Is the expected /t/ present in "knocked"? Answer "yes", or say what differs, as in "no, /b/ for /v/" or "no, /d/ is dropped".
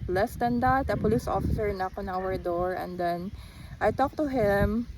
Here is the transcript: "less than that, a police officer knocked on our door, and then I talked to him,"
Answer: no, /t/ is dropped